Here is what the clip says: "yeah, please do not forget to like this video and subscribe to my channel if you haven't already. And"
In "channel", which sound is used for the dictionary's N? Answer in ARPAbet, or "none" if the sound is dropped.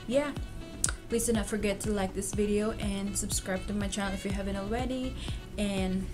none